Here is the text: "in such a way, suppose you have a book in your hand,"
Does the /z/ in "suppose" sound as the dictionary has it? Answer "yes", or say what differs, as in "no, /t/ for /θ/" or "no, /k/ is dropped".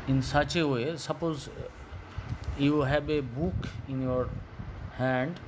yes